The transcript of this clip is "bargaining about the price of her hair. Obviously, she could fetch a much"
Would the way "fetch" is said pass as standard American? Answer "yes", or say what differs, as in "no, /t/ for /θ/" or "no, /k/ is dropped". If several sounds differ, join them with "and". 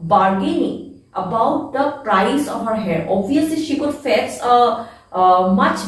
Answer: no, /s/ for /tʃ/